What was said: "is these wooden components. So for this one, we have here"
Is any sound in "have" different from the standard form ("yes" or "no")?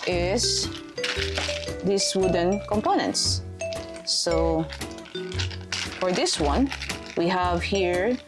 no